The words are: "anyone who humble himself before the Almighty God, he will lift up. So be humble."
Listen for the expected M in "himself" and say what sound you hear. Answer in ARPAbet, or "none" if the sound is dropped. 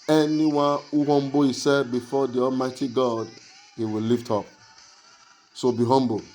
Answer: none